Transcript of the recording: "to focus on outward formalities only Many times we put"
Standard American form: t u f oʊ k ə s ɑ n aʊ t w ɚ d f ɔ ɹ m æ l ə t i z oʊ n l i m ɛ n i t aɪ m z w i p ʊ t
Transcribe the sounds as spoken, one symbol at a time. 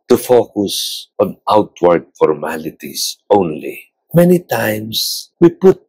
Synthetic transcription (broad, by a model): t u f oʊ k ə s ɑ n aʊ t w ɚ d f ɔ ɹ m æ l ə t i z oʊ n l i m ɛ n i t aɪ m s w i p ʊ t